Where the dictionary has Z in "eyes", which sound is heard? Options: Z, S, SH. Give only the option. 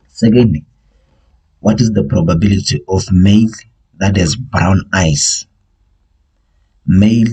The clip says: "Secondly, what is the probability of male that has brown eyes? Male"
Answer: S